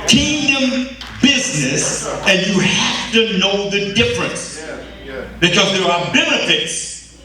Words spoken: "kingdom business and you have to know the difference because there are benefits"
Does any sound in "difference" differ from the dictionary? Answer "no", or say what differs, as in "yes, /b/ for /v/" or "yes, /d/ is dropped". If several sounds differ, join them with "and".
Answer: no